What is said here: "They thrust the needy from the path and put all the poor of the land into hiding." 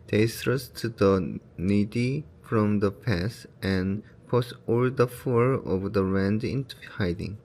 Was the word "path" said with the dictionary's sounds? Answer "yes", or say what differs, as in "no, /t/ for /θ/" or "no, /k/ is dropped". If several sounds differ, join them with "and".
no, /s/ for /θ/